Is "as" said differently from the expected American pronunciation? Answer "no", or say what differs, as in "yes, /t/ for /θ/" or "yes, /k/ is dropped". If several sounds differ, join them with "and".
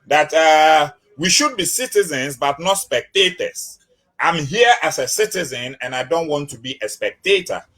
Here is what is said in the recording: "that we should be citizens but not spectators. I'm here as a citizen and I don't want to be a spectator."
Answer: yes, /s/ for /z/